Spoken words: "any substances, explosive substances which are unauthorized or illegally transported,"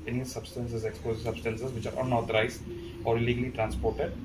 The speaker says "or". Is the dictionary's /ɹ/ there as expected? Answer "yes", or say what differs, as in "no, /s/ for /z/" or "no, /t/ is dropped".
yes